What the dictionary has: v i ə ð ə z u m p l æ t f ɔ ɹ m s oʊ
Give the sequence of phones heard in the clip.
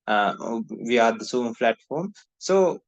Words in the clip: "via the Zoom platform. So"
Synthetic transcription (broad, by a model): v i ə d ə s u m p l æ t f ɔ ɹ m s oʊ